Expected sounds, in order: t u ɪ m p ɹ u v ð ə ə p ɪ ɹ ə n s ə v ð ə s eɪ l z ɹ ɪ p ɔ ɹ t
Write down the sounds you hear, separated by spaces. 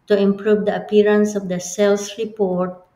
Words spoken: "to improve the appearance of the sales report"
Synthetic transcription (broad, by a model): t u ɪ m p ɹ u v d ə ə p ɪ ɹ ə n s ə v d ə s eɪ l s ɹ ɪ p ɔ ɹ t